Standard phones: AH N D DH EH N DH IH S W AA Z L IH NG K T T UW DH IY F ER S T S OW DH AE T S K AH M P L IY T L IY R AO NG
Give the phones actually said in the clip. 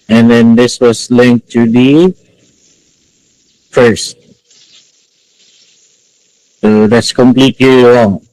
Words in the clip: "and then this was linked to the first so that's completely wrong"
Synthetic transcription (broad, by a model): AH N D EH N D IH S W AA S L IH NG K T T UW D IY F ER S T S OW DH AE T S K AH M P L IY T L IY R AO NG